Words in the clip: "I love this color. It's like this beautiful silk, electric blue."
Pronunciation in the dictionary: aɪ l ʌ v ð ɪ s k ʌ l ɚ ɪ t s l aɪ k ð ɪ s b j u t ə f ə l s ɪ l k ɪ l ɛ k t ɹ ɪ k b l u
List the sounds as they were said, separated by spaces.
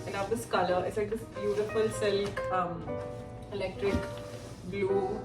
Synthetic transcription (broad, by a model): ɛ n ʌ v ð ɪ s k ʌ l ɚ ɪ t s l aɪ k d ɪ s b j u t ə f ə l s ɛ l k ɪ l ɛ k t ɹ ɪ k b l u